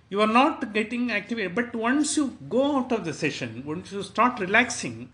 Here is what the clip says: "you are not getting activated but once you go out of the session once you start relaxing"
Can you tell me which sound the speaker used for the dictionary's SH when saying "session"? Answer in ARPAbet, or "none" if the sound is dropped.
SH